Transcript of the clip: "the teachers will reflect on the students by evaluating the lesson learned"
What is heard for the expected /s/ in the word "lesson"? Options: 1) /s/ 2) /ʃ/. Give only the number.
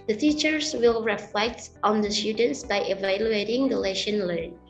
2